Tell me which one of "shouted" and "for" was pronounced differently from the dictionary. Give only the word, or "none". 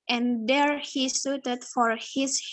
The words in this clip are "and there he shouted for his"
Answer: shouted